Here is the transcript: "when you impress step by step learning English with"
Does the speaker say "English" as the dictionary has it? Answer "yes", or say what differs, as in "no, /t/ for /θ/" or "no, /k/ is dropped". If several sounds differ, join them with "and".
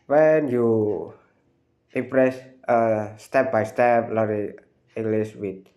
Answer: no, /s/ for /ʃ/